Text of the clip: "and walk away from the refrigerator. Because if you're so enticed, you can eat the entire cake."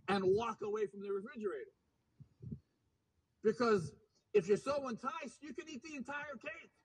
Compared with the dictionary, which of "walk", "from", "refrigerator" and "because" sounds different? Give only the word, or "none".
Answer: none